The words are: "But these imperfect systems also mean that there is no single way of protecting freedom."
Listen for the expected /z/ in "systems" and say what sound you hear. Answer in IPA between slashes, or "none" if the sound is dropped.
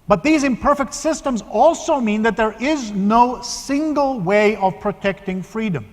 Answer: /z/